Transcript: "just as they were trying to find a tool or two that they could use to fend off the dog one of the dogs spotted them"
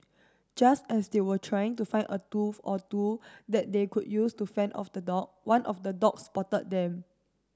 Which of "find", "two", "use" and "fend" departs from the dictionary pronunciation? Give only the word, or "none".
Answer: find